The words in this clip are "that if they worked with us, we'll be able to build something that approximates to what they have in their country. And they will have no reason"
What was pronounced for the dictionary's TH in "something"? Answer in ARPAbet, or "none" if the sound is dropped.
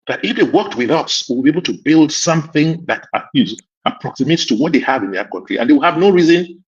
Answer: TH